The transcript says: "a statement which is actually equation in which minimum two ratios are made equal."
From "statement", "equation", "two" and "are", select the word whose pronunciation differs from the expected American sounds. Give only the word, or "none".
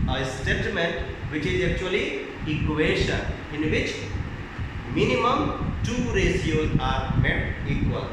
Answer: equation